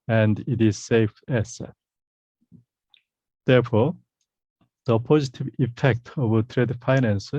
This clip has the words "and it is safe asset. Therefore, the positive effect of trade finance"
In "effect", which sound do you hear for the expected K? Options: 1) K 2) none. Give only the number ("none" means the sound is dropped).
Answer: 1